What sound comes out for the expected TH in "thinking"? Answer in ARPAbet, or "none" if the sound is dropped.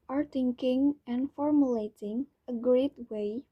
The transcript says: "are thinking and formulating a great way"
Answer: T